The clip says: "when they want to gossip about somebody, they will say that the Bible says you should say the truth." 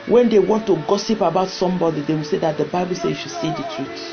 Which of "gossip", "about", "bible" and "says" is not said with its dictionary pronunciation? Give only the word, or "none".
says